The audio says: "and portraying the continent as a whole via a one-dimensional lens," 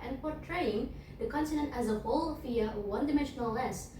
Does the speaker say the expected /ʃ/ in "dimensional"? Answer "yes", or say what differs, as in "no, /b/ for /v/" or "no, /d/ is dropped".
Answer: yes